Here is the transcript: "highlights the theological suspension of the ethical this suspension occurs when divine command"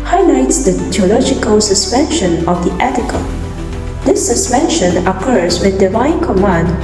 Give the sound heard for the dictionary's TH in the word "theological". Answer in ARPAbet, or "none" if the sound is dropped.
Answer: T